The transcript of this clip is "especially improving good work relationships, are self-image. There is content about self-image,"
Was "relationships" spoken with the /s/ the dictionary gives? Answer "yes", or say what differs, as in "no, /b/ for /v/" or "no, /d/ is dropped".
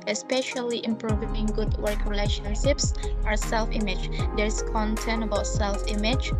yes